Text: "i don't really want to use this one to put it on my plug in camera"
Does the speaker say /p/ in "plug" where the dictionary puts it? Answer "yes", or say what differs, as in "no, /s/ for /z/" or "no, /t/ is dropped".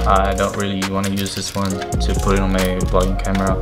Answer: no, /b/ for /p/